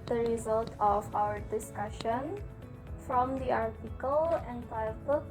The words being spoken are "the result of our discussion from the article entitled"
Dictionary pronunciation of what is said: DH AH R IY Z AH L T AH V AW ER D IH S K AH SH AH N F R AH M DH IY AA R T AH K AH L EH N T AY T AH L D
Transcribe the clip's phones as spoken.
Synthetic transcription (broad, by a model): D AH R IY Z AH L T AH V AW ER D IH S K AH SH AH N F R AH M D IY AA R T AH K AH L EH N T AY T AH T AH